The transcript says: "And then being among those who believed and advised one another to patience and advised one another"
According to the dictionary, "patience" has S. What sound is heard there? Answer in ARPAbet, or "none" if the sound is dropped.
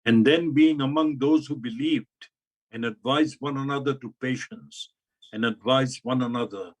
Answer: S